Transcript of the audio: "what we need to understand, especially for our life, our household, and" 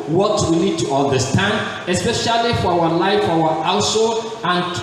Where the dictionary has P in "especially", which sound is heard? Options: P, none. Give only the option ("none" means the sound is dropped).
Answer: P